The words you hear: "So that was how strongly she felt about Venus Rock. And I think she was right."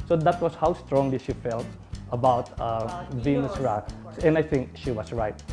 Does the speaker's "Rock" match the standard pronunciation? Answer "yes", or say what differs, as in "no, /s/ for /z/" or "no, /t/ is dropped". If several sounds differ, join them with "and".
no, /k/ is dropped